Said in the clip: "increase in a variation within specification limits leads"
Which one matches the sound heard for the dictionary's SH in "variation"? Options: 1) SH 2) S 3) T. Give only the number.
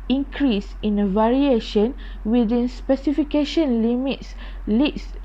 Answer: 1